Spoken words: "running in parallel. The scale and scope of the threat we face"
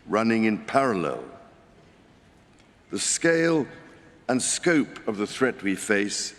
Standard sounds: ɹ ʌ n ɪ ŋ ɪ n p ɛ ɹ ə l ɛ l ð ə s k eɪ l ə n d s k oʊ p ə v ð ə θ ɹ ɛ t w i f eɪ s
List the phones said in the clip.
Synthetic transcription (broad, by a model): ɹ ʌ n ɪ ŋ ɪ n p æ ɹ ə l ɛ l ð ə s k eɪ l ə n s k oʊ p ə v ð ə θ ɹ ɛ t w i f eɪ s